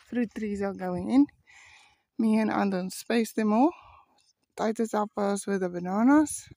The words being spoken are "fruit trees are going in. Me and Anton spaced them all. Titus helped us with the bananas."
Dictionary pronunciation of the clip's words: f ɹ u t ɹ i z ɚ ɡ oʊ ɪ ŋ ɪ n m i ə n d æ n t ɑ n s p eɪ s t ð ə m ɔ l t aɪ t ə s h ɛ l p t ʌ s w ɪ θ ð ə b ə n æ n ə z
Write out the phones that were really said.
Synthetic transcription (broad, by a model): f ɹ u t ɹ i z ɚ ɡ oʊ ɪ ŋ ɪ n m i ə n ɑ n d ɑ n s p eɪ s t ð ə m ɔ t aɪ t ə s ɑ p ʌ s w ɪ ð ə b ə n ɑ n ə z